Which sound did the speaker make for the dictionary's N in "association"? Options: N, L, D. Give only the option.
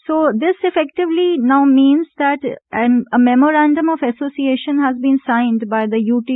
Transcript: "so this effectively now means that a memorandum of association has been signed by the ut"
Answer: N